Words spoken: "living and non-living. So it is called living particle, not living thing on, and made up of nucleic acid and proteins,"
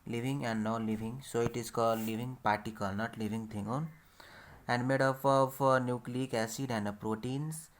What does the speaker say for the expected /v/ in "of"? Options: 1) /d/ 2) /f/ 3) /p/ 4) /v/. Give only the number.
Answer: 3